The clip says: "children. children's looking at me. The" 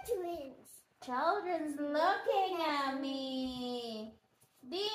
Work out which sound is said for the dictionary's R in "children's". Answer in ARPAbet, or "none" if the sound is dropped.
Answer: R